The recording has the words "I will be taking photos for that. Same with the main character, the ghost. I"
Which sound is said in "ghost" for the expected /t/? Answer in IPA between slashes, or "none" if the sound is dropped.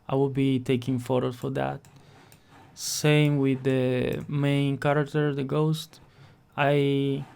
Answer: /t/